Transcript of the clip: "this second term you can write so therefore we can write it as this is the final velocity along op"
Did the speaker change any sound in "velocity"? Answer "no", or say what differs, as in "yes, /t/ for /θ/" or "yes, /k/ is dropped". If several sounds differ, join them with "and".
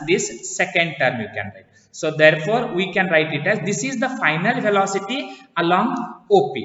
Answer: yes, /f/ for /v/